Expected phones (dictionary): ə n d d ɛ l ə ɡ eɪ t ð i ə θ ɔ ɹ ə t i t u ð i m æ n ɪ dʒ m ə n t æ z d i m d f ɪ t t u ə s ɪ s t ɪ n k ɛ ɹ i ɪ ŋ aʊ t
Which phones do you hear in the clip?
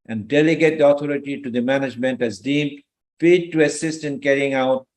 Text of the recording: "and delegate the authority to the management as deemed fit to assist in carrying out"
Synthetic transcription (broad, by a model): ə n d d ɛ l ə ɡ eɪ t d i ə t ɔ ɹ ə t i t u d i m æ n ɪ dʒ m ə n t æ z d i m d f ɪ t t u ə s ɪ s t ɪ n k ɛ ɹ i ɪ ŋ aʊ t